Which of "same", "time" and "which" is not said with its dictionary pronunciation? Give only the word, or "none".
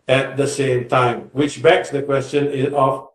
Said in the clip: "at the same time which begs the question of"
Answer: none